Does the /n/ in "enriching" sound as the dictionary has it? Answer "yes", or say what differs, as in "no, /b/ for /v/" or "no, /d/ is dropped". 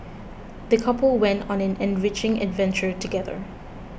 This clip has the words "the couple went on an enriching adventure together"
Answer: yes